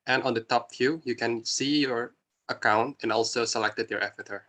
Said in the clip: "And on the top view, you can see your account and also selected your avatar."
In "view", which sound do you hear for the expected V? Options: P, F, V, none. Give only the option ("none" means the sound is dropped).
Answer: F